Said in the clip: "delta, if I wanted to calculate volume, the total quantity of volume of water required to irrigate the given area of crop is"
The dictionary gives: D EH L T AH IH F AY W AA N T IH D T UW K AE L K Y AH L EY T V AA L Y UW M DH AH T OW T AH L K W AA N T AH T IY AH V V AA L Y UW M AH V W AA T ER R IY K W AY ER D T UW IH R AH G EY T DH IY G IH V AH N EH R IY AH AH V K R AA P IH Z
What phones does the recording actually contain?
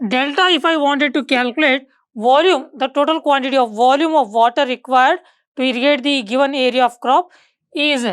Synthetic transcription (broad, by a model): D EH L T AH IH F AY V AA N T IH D T UW K AE L K Y AH L EY T V AA L Y UW M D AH T OW T AH L K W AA N T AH T IY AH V V AA L Y UW M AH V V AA T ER R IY K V AY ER D T UW IH R AH G EY T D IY G IH V AH N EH R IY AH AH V K R AA P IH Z